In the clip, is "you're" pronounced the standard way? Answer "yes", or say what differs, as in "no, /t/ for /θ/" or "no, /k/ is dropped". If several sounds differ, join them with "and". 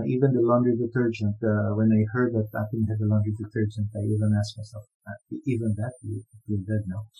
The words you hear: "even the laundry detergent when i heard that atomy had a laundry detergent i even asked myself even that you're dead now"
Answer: no, /l/ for /ɹ/